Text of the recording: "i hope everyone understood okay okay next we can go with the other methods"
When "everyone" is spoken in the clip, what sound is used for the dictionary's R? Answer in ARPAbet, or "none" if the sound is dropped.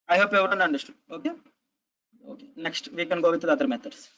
none